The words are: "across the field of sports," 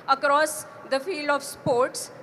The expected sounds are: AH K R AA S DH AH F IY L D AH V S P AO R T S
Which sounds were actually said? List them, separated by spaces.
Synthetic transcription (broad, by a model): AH K R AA S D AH F IY L D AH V S P AO R T S